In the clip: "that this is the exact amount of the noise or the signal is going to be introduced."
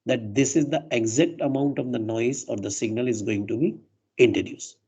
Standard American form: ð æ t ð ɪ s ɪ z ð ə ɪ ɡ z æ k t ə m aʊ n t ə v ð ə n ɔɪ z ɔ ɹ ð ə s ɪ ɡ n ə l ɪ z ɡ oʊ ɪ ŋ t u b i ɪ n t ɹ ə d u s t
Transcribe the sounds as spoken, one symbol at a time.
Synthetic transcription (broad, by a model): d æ t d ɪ s ɪ z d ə ɪ ɡ z æ k t ə m aʊ n t ə v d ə n ɔɪ z ɔ ɹ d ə s ɪ ɡ n ə l ɪ z ɡ oʊ ɪ ŋ t u b i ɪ n t ɹ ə d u s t